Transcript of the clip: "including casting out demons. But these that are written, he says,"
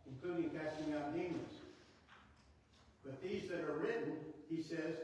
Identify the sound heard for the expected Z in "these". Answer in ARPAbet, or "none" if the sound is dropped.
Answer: Z